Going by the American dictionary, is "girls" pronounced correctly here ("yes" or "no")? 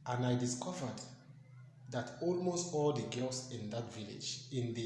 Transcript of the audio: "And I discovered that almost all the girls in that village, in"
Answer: no